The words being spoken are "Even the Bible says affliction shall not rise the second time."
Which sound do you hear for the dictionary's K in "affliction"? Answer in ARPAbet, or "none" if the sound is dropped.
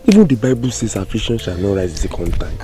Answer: none